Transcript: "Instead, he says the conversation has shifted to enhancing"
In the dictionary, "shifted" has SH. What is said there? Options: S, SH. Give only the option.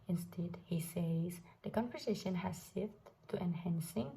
S